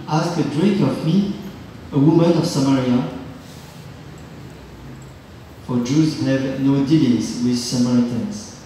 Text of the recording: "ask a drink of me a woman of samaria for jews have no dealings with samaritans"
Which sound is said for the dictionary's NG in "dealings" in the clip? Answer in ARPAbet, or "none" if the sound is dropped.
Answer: none